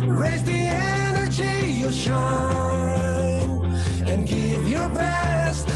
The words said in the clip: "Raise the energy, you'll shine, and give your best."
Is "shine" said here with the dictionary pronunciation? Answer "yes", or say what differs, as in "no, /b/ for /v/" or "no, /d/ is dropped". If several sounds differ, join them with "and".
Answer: no, /n/ is dropped